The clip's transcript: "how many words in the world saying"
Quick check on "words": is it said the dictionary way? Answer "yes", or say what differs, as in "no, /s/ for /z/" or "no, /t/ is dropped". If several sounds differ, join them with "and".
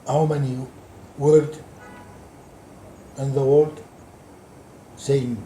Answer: no, /z/ is dropped